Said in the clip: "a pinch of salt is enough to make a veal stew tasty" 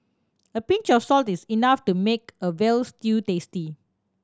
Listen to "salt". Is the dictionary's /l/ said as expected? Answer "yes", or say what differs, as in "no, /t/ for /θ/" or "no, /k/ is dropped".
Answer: yes